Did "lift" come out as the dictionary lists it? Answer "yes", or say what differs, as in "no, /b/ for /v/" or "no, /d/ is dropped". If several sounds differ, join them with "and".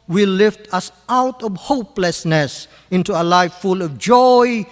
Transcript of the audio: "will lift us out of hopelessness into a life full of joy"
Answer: yes